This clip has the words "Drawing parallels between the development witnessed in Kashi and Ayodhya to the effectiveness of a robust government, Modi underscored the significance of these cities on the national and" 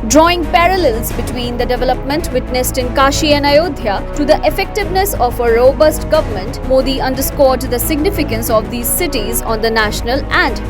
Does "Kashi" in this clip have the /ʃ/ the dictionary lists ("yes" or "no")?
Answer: yes